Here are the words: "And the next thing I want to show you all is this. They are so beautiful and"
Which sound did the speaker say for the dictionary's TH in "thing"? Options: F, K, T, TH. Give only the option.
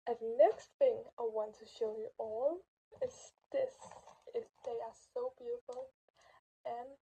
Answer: TH